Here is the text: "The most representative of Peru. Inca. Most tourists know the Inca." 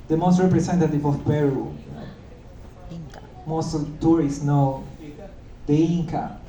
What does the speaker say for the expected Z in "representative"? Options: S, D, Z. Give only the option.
S